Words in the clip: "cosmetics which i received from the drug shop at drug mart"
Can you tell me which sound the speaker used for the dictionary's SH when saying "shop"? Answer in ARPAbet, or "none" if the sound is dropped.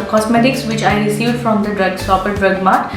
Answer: S